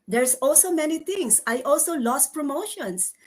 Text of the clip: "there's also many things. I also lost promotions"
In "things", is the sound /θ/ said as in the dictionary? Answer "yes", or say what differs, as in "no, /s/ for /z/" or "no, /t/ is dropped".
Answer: no, /t/ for /θ/